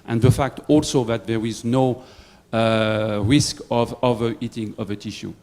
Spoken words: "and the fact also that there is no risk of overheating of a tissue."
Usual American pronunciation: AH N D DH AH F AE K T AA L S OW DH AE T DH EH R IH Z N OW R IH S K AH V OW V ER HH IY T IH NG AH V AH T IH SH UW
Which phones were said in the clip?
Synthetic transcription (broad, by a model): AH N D DH AH F AE K T AA L S OW DH AE T DH EH R IH Z N OW R IH S K AH V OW V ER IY T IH NG AH V AH T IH SH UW